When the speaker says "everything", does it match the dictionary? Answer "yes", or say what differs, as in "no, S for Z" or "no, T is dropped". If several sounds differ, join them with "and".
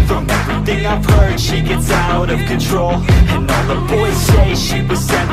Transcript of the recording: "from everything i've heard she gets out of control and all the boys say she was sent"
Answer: yes